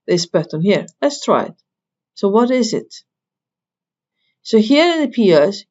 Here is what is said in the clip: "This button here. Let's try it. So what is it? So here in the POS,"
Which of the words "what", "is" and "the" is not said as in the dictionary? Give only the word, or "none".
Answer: none